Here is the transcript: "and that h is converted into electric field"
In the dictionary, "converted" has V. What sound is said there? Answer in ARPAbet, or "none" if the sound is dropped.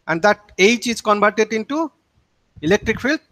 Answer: B